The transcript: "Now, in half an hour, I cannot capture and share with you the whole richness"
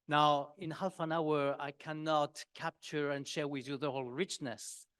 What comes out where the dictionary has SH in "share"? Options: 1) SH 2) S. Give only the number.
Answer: 1